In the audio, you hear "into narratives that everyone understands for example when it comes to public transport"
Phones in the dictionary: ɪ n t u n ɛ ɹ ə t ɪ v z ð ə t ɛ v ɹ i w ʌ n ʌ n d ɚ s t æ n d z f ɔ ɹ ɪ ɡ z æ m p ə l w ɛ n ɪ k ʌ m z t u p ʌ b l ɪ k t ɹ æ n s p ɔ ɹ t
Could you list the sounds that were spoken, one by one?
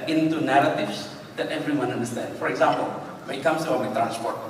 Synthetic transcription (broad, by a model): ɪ n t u n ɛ ɹ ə t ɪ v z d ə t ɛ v ɹ i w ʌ n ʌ n d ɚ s t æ n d f ɔ ɹ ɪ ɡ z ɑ m p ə l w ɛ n ɪ k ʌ m s t u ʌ l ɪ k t ɹ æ n s p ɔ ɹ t